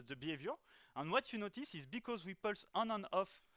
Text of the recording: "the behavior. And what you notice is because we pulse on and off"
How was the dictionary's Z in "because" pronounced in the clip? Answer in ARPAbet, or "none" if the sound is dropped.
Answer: Z